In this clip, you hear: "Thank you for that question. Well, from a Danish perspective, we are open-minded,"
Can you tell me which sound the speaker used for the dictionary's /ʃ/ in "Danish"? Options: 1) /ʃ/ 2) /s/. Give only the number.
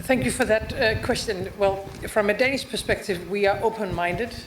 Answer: 2